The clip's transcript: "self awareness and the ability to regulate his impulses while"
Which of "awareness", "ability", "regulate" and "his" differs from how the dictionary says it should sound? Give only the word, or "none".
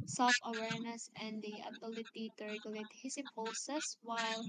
his